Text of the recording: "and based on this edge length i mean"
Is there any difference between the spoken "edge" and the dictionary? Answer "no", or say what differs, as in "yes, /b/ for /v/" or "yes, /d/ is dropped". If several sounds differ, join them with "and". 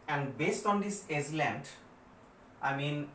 yes, /z/ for /dʒ/